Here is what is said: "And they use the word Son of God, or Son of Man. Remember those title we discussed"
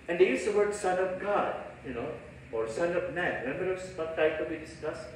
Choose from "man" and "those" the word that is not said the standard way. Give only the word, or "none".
those